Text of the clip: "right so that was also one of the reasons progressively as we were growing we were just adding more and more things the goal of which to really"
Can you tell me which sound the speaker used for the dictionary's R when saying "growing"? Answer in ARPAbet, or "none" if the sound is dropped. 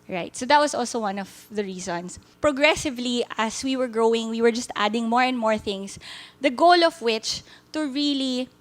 R